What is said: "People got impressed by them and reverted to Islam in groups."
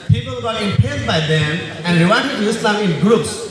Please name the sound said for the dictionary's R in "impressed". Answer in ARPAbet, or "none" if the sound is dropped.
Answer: none